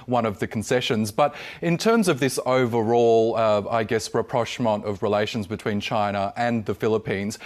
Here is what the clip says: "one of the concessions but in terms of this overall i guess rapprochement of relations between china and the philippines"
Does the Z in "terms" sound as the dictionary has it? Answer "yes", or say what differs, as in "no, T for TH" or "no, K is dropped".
yes